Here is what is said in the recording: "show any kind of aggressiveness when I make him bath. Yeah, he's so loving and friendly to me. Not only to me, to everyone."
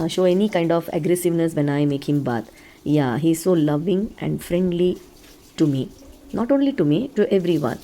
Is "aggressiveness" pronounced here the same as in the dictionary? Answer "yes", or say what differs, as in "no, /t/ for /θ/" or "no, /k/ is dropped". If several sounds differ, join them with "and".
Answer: yes